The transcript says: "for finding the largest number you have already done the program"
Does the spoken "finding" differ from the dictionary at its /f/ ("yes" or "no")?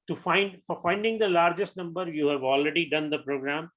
no